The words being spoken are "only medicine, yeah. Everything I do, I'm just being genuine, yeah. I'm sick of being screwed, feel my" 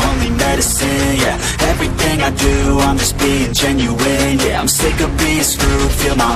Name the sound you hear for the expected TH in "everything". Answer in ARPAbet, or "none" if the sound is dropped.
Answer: TH